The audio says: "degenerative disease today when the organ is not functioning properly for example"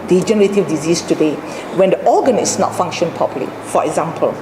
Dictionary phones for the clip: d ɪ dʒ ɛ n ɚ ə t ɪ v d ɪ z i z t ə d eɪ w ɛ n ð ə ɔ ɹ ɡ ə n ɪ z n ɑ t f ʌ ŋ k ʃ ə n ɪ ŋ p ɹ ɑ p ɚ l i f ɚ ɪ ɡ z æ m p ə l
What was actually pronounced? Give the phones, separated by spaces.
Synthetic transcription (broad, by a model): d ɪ dʒ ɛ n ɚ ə t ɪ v d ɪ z i s t ə d eɪ w ɛ n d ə ɔ ɡ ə n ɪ s n ɑ t f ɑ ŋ k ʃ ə n p ɑ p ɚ l i f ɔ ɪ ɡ z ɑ m p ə l